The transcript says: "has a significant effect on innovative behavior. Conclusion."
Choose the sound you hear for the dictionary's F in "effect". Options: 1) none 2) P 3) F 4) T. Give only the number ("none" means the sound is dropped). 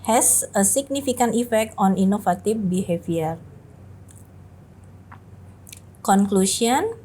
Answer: 3